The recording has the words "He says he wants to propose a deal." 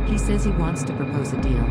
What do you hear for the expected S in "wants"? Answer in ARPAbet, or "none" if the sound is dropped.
S